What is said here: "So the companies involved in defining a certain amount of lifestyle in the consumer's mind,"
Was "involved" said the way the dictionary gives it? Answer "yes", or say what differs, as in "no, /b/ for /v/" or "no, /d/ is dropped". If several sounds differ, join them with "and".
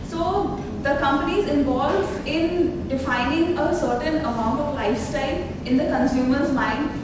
no, /d/ is dropped